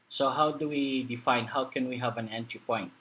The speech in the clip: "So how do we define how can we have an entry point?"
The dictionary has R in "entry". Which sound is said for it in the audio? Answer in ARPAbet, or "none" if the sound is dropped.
none